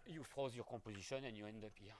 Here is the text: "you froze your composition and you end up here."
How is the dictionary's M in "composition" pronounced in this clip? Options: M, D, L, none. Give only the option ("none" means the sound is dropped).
none